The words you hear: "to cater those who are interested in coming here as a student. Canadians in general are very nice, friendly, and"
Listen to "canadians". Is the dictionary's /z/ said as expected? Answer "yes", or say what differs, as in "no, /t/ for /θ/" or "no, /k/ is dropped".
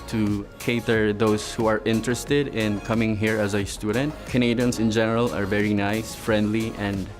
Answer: no, /s/ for /z/